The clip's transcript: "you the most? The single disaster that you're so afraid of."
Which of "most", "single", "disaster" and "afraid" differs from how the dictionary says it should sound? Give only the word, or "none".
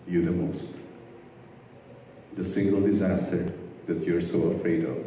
none